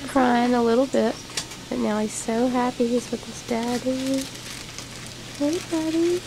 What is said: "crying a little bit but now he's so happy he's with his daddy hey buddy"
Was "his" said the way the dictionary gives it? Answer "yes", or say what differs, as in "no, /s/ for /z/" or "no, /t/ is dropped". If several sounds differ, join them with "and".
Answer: no, /s/ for /z/